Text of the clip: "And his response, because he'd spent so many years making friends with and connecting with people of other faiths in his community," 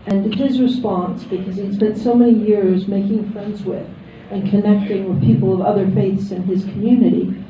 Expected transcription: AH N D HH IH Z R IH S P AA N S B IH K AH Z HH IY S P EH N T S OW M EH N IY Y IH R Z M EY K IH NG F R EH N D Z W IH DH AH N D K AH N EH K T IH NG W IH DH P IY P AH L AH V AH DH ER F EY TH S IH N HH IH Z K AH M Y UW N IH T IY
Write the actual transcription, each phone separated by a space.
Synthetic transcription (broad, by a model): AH N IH HH IH Z R IH S P AA N S B IH K AH Z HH IY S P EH N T S OW M EH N IY Y IH R Z M EY K IH NG F R EH N D Z W IH DH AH N K AH N EH K T IH NG W IH DH P IY P L AH V AH DH ER F EY TH S IH N IH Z K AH M Y UW N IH T IY